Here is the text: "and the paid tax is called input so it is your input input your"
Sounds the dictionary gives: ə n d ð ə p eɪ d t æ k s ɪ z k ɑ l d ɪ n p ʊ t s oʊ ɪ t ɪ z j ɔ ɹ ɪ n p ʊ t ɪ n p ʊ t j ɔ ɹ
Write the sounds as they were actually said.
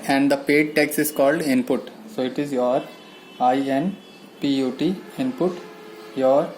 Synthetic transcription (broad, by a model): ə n d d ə p eɪ d t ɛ k s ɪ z k ɑ l d ɪ n p ʊ t s oʊ ɪ t ɪ z j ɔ ɹ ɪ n p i t ɪ n p ʊ t j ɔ ɹ